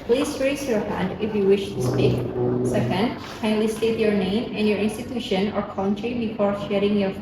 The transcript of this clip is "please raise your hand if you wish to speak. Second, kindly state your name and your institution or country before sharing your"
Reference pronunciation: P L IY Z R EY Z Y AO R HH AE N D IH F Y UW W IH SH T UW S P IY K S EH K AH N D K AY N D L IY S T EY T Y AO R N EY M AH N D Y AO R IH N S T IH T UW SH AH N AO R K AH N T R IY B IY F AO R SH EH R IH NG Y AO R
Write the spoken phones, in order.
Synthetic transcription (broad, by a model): P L IY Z R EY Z Y AO R HH AE N D IH F Y UW W IH SH T UW S P IY K S EH K AH N D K AY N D L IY S T EY T Y AO R N EY M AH N Y AO R IH N S T IH T UW SH AH N AO R K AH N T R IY B IY F AO R SH EH R IH NG Y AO R